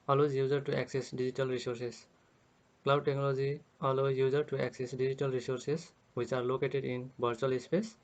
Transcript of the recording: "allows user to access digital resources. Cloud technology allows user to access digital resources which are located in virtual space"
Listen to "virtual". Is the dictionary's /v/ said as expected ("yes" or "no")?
no